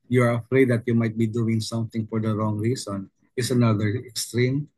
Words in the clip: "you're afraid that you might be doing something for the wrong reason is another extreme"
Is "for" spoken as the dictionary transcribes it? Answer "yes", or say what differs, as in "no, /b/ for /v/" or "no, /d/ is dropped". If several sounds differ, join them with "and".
yes